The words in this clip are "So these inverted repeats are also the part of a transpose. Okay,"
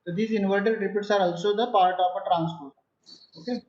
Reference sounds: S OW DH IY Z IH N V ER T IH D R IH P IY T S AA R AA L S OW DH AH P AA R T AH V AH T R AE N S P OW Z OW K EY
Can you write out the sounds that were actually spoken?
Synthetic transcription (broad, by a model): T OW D IY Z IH N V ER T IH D R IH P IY T S AA R AA L S OW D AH P AA R T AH P AH T R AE N S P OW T OW K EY